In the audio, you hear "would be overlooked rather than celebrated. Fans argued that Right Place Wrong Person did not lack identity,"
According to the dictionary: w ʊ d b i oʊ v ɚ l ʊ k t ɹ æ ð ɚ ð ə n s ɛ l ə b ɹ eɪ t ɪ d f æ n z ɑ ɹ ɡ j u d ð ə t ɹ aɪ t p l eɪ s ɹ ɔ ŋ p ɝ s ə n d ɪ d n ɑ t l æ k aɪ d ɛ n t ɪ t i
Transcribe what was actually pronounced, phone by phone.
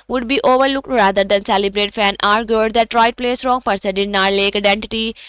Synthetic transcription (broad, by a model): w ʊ d b i oʊ v ɚ l ʊ k t ɹ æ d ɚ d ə n s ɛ l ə b ɹ eɪ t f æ n ɑ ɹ ɡ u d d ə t ɹ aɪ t p l eɪ s ɹ ɔ ŋ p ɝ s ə d ɪ d n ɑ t l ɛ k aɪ d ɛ n t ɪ t i